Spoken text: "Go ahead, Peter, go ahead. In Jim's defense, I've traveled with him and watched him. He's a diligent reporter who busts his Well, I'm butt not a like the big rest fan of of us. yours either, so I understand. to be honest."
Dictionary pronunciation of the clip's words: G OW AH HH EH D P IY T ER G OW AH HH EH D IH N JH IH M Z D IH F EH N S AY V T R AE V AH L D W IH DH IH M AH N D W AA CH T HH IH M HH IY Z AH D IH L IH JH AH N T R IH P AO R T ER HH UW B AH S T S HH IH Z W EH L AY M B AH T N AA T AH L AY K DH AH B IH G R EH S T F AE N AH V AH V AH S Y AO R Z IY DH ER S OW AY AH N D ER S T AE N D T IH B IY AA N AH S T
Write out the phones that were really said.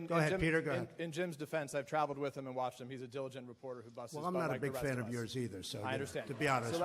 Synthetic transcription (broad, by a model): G OW AH HH EH D P IY T ER G OW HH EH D IH N JH IH M Z D IH F EH N S AY V T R AE V L D W IH DH IH M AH N W AA CH T HH IH M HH IY Z AH D IH L IH JH AH N T R IH P AO R T ER HH UW B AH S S W EH L AY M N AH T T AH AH B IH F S F AE N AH AH V Y AO R Z IY DH ER S OW AY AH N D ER S T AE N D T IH B IY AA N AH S